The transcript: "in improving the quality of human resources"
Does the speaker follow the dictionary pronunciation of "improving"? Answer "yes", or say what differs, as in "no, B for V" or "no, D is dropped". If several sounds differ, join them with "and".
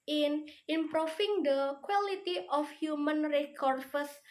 no, F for V